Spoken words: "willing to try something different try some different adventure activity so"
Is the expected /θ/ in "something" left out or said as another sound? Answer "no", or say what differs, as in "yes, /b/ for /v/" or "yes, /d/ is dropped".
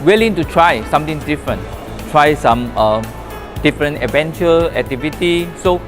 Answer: yes, /t/ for /θ/